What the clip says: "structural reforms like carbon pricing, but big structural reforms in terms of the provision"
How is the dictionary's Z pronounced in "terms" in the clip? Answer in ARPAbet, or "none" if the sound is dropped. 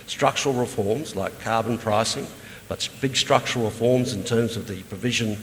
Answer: Z